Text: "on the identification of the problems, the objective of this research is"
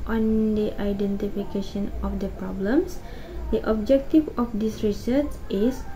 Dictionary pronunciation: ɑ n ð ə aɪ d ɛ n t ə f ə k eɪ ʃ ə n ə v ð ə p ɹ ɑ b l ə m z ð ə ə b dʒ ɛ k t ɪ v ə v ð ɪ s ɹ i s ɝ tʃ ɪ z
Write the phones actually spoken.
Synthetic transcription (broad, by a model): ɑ n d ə aɪ d ɛ n t ə f ə k eɪ ʃ ə n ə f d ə p ɹ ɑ b l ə m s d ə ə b dʒ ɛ k t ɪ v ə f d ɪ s ɹ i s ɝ s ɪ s